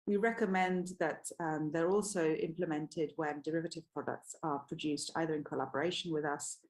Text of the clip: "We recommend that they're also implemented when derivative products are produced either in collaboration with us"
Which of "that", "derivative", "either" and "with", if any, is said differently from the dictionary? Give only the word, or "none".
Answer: none